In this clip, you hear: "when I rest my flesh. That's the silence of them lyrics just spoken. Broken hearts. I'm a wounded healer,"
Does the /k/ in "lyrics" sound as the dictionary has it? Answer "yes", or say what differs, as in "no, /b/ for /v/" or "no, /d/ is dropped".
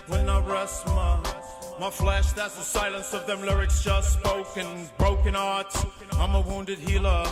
yes